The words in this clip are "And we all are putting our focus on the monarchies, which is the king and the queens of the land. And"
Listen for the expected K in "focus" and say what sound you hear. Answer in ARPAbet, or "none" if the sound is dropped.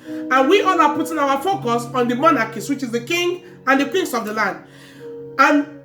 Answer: K